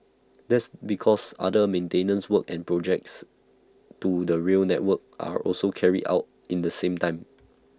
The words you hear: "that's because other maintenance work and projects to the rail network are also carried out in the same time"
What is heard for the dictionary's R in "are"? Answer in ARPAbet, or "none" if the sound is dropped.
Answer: R